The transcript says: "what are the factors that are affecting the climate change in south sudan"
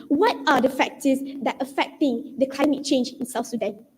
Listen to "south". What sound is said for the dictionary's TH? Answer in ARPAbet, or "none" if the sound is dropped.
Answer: F